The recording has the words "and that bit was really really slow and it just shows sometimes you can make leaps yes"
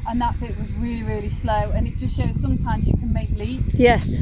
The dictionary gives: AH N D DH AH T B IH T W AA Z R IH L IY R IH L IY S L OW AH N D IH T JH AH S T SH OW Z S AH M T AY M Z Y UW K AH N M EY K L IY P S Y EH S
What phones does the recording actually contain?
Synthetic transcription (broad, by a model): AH N DH AH T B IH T W AA Z R IH L IY R IH L IY S L OW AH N IH T JH AH S T SH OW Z S AH M T AY M Z Y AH K AH N M EY K L IY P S Y EH S